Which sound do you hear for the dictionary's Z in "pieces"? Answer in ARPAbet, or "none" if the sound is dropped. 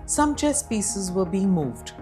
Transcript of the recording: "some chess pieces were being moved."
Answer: Z